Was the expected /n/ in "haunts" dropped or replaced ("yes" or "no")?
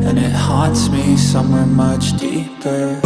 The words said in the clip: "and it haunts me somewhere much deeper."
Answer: yes